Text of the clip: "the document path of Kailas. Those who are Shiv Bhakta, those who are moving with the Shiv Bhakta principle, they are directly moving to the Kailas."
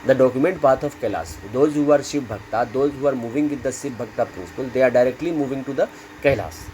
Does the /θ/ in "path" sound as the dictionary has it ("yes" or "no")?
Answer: no